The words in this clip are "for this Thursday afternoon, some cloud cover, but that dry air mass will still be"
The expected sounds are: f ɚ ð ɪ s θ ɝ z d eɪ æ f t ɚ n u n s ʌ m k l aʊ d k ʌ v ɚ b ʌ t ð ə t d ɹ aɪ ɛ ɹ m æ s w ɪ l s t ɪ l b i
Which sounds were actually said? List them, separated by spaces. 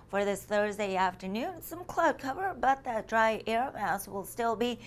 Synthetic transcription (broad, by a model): f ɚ ð ɪ s θ ɝ z d eɪ æ f t ɚ n u n s ʌ m k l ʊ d k ʌ v ɚ b ʌ t ð ə t d ɹ aɪ ɛ ɹ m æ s w ɪ l s t ɪ l b i